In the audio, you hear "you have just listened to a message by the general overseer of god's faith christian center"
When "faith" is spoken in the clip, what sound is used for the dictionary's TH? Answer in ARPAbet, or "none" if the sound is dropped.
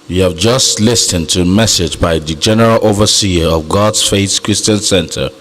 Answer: S